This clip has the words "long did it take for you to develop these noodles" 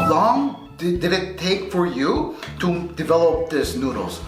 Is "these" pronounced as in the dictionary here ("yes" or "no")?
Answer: no